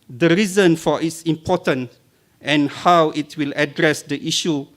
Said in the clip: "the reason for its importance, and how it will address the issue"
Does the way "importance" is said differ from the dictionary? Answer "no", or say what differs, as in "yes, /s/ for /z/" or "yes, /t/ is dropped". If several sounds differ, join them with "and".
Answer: yes, /s/ is dropped